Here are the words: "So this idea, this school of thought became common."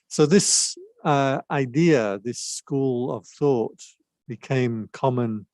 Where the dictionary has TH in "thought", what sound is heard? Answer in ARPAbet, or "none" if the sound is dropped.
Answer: TH